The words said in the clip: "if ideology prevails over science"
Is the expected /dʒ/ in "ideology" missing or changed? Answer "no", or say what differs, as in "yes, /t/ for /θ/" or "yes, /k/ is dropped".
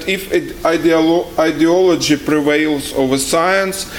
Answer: no